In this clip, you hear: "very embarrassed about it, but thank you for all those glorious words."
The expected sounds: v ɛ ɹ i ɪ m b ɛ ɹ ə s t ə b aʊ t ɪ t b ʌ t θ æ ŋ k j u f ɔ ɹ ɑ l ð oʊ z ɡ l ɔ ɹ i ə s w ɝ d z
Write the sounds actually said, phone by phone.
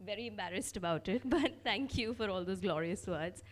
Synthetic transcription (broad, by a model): v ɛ ɹ i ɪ m b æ ɹ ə s t ə b aʊ t ɪ t b ʌ t t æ ŋ k j u f ɔ ɹ ɑ l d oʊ z ɡ l ɔ ɹ i ə s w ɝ d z